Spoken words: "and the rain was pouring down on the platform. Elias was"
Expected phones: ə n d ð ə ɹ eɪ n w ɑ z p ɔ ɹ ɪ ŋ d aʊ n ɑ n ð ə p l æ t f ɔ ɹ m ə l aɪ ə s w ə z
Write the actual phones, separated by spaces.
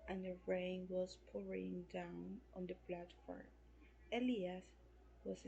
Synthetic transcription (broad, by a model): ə n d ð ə ɹ eɪ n w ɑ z p ɔ ɹ ɪ ŋ d aʊ n ɑ n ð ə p l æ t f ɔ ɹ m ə l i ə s w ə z